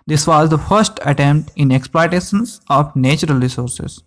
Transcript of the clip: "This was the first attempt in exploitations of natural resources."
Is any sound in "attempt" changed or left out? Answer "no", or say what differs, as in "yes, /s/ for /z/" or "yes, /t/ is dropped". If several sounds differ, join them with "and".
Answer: no